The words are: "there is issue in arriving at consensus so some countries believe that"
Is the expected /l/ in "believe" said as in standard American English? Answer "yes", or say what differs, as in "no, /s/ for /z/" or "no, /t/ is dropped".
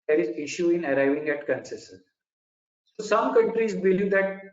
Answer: yes